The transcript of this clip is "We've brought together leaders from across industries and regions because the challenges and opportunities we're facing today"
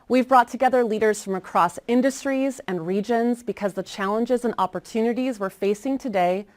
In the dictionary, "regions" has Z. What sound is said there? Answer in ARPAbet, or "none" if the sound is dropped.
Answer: Z